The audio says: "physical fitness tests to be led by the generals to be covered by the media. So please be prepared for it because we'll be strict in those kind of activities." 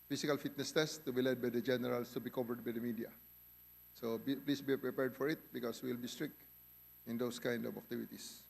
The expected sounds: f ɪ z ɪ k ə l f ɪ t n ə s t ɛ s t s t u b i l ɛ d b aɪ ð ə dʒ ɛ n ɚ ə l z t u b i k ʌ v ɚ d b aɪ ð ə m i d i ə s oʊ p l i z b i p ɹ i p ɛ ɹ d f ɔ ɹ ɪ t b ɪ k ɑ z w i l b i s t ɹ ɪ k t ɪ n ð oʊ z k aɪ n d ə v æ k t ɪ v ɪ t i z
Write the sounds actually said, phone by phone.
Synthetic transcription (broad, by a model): f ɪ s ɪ k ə l f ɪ t n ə s t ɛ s s t u b i l ɛ d b aɪ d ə dʒ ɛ n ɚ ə l s t u b i k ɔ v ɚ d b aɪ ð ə m i d i ə s oʊ p l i s b i p ɹ i p ɛ ɹ d f ɔ ɹ ɪ t b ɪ k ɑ s w i l b i s t ɹ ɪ k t ɪ n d oʊ s k aɪ n d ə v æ k t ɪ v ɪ t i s